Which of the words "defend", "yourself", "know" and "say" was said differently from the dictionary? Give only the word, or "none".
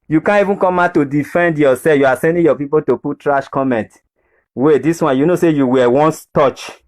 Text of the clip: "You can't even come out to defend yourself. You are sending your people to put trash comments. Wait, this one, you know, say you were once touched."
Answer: yourself